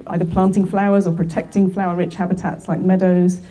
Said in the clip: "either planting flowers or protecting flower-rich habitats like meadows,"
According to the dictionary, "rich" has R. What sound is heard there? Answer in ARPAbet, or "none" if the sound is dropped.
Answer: R